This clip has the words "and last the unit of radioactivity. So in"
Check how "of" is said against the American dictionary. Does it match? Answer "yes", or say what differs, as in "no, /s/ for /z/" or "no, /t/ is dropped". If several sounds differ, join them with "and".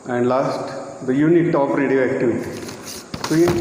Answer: no, /p/ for /v/